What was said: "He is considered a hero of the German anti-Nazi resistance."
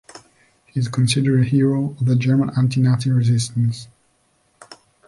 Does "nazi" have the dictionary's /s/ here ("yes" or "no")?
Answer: no